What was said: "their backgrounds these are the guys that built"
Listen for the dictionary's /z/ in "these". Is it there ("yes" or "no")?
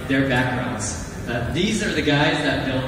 yes